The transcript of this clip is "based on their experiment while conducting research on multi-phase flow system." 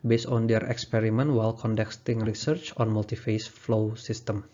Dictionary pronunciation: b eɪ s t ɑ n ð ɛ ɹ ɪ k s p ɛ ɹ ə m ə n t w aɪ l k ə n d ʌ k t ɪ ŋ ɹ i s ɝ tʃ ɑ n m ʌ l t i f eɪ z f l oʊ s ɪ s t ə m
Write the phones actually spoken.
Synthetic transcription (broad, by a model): b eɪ s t ɑ n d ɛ ɹ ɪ k s p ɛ ɹ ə m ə n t w aɪ l k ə n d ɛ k t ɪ ŋ ɹ i s ɝ tʃ ɑ n m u l t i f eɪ s f l oʊ s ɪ s t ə m